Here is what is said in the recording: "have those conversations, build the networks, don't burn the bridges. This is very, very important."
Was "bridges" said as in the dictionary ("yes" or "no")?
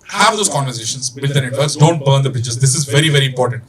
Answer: no